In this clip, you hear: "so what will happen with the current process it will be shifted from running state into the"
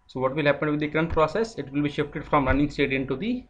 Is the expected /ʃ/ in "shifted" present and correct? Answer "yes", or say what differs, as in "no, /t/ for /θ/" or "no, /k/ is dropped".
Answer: yes